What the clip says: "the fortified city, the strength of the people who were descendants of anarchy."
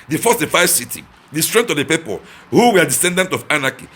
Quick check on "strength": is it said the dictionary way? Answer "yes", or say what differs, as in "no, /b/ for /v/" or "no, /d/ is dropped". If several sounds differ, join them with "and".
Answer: no, /t/ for /θ/